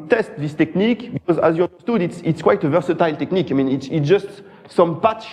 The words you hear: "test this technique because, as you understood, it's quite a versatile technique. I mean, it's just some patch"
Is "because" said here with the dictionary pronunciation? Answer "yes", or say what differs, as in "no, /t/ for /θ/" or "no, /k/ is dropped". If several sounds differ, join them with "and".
yes